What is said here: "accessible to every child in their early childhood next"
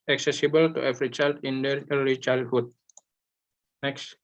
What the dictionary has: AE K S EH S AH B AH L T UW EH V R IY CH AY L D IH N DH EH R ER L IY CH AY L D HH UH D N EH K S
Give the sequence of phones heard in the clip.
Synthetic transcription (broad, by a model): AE K S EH S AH B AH L T UW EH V R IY CH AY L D IH N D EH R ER IY CH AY L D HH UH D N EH K S